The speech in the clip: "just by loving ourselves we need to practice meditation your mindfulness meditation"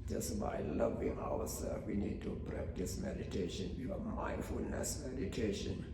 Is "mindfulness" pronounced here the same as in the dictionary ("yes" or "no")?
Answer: yes